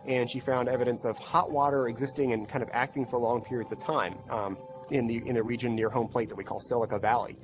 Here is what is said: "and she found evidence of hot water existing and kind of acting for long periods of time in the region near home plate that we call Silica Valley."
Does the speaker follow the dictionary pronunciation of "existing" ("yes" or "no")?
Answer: yes